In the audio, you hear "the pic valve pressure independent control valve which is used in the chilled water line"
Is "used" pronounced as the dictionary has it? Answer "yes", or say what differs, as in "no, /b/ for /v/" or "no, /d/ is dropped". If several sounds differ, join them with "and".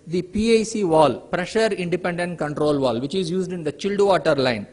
yes